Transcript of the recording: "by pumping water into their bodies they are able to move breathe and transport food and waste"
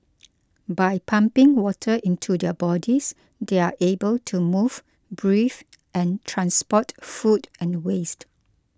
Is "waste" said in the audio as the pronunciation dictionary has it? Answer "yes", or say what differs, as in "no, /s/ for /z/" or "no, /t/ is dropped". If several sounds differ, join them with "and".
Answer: yes